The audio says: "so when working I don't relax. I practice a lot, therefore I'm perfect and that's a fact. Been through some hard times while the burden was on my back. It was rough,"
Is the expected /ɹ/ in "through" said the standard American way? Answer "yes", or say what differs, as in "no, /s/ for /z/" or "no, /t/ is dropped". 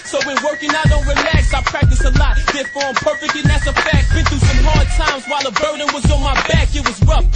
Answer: no, /ɹ/ is dropped